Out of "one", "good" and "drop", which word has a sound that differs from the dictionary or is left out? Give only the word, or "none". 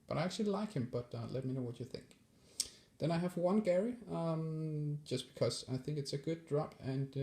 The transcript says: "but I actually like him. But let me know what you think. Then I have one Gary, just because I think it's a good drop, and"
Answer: none